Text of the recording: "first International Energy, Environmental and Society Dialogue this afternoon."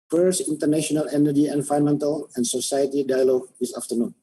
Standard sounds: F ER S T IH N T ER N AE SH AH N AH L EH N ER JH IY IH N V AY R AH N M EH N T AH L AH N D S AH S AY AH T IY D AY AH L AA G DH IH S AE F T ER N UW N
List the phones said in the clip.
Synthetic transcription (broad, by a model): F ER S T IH N T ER N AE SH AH N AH L EH N ER JH IY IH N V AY AH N M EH N T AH L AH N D S AH S AY AH T IY D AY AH L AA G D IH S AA F T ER N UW N